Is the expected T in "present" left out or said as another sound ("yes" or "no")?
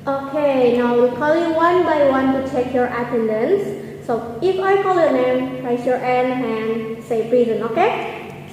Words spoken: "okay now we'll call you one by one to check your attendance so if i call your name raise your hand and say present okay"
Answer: yes